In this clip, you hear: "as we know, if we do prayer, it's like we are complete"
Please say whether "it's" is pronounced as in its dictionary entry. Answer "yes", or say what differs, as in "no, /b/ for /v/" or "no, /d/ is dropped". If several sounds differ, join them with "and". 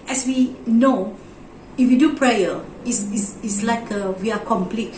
no, /s/ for /t/